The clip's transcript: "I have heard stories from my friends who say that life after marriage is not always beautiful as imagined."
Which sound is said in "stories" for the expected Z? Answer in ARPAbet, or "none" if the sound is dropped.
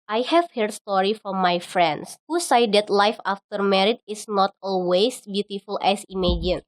none